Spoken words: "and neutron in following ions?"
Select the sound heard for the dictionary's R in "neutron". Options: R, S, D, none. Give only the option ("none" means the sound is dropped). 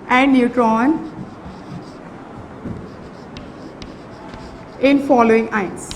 R